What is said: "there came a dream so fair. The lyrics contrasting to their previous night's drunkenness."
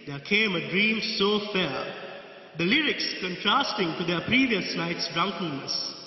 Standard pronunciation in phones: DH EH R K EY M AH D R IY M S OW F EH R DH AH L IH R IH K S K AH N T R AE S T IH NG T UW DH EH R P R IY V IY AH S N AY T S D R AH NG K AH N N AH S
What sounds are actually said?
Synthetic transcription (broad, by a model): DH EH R K EY M AH D R IY M S OW F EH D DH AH L IH R IH K S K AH N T R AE S T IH NG T UW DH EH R P R IY V IY AH S L AY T S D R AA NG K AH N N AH S